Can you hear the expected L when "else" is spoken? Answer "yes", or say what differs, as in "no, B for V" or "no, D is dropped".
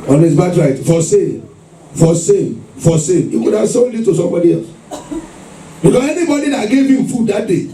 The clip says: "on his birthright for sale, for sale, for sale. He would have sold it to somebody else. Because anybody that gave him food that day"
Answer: yes